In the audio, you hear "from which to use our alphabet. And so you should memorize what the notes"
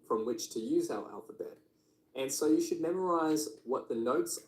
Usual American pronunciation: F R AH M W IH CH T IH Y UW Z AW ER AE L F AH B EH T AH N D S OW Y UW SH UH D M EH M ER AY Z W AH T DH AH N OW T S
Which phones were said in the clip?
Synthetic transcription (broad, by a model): F R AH M W IH CH T IH Y UW Z AW ER AE L F AH B EH T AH N S OW Y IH SH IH D M EH M ER AY Z W AH T DH AH N OW T S